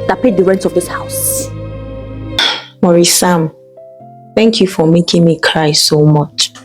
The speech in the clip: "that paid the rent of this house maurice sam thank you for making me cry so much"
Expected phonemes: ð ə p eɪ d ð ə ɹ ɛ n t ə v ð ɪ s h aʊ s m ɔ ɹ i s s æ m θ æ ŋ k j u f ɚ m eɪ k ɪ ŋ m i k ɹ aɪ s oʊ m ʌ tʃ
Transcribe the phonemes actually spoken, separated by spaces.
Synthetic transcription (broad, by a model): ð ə p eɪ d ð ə ɹ ɛ n t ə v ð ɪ s h aʊ s m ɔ ɹ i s s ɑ m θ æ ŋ k j u f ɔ m eɪ k ɪ ŋ m i k ɹ aɪ s oʊ m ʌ tʃ